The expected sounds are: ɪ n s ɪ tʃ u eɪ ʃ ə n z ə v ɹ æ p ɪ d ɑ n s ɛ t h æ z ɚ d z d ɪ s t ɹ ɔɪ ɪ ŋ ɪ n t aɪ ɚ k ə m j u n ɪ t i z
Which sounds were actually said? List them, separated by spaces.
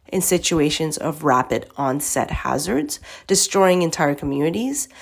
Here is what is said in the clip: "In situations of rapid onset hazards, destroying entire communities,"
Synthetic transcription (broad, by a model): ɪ n s ɪ tʃ u eɪ ʃ ə n z ə v ɹ æ p ɪ d ɑ n s ɛ t h æ z ɚ d z d ɪ s t ɹ ɔɪ ɪ ŋ ɪ n t aɪ ɚ k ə m j u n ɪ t i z